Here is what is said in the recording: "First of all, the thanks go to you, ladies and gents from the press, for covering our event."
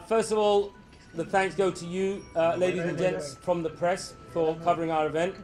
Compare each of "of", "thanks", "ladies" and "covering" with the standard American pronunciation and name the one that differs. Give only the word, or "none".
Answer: none